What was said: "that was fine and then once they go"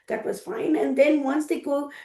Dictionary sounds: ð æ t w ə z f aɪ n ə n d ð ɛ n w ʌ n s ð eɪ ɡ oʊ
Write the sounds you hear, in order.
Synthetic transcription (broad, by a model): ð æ t w ə z f aɪ n ə n d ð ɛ n w ʌ n s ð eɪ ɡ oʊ